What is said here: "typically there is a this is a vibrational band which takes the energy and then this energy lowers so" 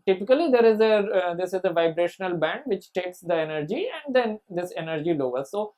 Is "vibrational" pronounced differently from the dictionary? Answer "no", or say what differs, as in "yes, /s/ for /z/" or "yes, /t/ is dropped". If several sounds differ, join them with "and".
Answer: no